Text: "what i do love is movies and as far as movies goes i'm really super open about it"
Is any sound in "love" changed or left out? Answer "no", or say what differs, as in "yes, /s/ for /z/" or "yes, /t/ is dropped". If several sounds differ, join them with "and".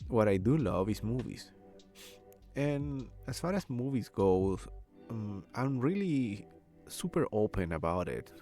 no